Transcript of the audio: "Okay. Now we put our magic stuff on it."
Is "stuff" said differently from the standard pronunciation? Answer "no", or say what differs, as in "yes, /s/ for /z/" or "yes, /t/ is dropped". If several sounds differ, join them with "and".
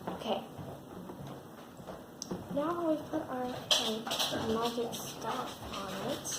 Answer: yes, /f/ is dropped